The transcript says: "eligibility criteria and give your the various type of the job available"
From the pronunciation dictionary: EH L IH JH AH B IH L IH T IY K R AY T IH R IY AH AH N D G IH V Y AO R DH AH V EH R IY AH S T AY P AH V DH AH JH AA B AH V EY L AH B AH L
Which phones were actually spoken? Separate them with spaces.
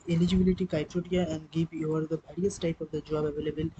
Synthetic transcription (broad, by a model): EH L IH JH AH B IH L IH T IY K AY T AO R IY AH AH N D G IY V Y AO R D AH B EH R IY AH S T AY P AH V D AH JH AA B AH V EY L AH B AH L